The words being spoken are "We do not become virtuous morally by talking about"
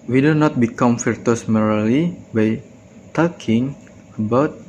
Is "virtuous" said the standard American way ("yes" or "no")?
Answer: no